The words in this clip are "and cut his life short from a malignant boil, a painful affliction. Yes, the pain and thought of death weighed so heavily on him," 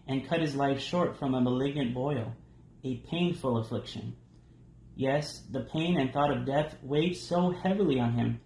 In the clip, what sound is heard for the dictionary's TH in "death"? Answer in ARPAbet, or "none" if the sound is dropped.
TH